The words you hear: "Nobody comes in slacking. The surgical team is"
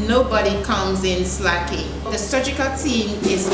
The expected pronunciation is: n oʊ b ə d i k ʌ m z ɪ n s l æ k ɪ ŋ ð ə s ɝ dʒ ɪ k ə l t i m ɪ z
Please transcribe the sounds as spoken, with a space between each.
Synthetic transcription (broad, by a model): n oʊ b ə d i k ʌ m z ɪ n s l æ k ɪ ŋ ð ə s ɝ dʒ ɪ k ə l t i m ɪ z